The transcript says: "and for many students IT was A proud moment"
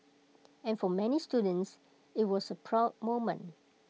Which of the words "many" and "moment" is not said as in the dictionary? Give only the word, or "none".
moment